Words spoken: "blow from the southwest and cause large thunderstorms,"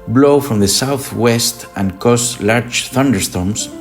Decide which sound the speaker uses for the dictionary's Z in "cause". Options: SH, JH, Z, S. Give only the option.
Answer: S